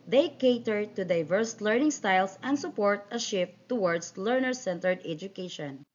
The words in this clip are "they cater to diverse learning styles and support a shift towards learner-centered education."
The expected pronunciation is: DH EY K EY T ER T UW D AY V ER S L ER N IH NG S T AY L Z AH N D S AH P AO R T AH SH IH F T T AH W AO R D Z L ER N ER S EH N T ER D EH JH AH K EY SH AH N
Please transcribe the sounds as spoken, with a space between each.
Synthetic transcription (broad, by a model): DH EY K EY T ER T UW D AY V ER S L ER N IH NG S T AY L S AH N D S AH P AO R T AH SH IH F T T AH W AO R D S L ER N ER S EH N T ER D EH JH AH K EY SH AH N